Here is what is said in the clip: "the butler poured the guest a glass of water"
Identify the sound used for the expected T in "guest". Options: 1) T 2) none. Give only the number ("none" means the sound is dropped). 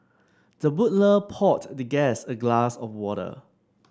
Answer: 2